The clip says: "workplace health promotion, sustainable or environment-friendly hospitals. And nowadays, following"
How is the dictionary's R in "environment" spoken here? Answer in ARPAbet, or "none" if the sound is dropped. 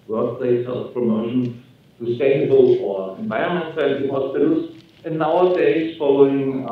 none